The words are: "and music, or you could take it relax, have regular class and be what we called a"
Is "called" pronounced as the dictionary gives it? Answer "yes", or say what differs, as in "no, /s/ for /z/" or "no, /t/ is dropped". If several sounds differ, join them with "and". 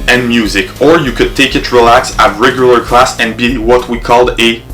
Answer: yes